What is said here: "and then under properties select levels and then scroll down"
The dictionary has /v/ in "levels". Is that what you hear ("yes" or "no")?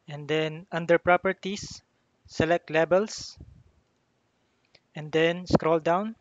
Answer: no